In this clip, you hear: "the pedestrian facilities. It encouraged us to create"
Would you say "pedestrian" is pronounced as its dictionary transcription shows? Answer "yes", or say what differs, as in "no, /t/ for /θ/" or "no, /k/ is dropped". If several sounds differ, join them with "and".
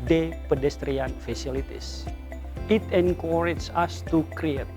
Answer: yes